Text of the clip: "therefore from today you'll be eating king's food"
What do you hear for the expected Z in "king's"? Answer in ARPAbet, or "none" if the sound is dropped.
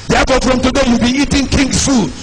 none